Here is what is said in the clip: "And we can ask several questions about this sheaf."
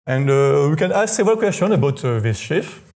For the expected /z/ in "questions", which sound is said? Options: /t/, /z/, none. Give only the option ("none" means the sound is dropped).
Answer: none